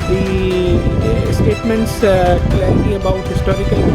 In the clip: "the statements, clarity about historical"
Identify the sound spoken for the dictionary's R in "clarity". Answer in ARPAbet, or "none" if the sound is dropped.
none